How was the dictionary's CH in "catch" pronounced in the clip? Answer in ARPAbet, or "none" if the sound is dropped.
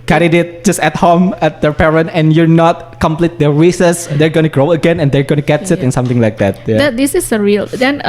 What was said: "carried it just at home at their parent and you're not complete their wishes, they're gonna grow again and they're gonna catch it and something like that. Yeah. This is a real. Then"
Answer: S